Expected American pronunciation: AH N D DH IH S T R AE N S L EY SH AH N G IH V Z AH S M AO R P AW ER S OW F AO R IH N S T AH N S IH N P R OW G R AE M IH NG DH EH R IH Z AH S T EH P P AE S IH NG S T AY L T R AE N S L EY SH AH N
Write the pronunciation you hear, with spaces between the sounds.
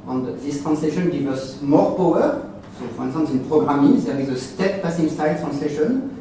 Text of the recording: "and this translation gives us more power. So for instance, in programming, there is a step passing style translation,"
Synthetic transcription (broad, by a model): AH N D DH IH S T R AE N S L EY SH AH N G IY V AH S M AO R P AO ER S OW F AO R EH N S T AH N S IH N P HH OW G R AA M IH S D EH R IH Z AH S T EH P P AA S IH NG S T AY L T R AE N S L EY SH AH N